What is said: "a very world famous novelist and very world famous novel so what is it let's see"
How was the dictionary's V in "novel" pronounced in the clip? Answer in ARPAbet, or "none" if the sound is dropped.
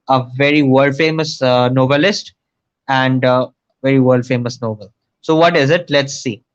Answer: B